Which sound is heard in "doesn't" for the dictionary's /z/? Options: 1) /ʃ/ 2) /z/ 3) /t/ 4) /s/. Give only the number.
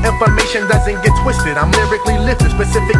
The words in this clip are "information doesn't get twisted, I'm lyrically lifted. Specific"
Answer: 2